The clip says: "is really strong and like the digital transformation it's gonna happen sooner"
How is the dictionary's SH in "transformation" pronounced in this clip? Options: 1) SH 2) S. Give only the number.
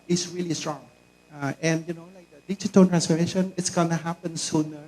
1